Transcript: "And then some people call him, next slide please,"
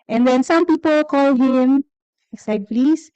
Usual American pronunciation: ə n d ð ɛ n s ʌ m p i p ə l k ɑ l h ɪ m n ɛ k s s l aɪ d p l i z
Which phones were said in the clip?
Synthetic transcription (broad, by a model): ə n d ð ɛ n s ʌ m p i p ə l k ɑ l h ɪ m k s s aɪ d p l i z